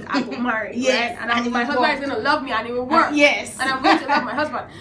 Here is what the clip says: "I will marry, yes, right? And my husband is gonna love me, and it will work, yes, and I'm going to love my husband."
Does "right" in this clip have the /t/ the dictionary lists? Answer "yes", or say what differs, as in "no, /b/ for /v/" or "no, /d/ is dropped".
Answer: no, /t/ is dropped